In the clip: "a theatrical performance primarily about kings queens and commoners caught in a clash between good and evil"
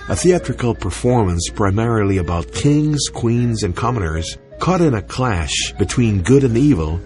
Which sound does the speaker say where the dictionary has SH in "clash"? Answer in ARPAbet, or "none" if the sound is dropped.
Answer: SH